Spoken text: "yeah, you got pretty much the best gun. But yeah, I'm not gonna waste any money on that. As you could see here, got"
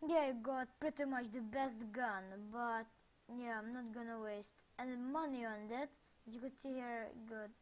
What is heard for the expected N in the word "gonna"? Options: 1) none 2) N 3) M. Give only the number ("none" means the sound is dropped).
2